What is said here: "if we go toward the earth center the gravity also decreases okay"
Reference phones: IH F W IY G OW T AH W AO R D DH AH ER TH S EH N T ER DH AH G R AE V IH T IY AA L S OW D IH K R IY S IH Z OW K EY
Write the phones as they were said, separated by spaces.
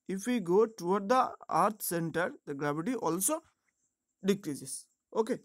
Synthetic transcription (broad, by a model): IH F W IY G OW T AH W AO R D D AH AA T S EH N T ER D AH G R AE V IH T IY AA L S OW D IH K R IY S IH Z OW K EY